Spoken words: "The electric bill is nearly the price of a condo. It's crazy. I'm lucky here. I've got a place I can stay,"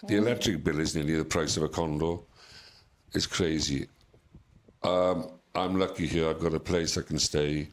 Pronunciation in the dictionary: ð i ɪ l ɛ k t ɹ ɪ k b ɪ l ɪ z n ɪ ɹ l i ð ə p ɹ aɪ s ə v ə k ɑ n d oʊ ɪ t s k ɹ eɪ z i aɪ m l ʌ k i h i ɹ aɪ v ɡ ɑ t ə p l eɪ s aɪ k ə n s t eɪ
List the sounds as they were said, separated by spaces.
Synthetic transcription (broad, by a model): ð i ɪ l ɛ k t ɹ ɪ k b ɪ l ɪ z n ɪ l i ð ə p ɹ aɪ s ə v ə k ɑ n d oʊ ɪ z k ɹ eɪ z i aɪ m l ʌ k i h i ɹ aɪ v ɡ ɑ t ə p l eɪ s aɪ k ə n s t eɪ